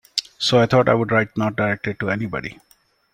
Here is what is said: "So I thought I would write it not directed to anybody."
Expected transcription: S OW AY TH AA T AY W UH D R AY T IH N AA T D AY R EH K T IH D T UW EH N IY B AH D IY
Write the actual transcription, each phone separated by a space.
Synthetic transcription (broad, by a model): S OW AY T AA T AY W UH D R AY T N AA T D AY R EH K T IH T UW EH N IY B AH D IY